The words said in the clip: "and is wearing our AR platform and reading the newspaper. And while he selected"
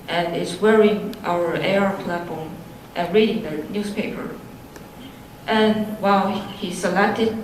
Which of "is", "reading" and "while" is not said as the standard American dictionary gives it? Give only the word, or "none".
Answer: is